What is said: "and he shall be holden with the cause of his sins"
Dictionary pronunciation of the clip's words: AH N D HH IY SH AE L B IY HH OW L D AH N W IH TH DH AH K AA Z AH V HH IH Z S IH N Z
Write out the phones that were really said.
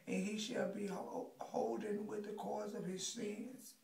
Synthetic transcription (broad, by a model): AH N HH IY SH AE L B IY HH OW L D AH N W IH DH AH K AA Z AH V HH IH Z S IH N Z